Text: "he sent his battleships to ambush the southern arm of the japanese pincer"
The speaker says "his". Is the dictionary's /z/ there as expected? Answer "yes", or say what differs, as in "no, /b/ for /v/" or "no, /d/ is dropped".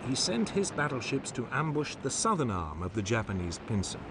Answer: yes